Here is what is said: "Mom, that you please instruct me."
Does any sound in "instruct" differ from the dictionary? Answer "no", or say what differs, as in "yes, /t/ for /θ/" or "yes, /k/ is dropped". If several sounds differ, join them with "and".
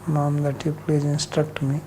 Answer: no